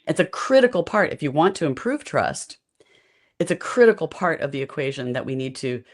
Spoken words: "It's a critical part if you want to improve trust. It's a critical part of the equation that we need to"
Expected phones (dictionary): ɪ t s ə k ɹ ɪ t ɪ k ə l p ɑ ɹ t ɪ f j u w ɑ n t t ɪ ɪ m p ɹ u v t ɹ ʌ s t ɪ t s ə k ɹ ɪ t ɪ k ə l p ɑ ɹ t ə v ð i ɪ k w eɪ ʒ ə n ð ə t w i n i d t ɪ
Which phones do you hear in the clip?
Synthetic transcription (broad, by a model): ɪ t s ə k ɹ ɪ t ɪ k l p ɑ ɹ t ɪ f j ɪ w ɑ n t t ɪ ɪ m p ɹ u v t ɹ ʌ s t ɪ t s ə k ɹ ɪ t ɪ k l p ɑ ɹ t ə v ð i ɪ k w eɪ ʒ ə n ð ə t w i n i d t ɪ